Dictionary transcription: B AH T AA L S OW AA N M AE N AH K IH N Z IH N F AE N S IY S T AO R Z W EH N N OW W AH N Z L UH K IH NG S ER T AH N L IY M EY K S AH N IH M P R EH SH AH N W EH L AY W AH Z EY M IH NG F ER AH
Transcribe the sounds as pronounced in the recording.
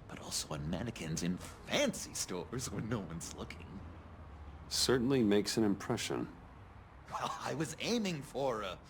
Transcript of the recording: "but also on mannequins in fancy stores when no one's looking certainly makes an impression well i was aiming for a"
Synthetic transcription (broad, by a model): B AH T AA L S OW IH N M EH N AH K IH N Z IH N F AE N S IY S T AO R Z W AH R N OW W AH N Z L UH K IH NG S ER T N L IY M EY K S AH N IH M P R EH SH AH N W EH L AY W AH Z EY M IH NG F ER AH